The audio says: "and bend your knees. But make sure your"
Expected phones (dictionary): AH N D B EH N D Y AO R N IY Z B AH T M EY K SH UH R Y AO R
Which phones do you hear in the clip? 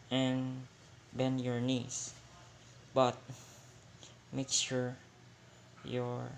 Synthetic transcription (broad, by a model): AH N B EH N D Y AO R N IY S B AH T M EY K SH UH R Y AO R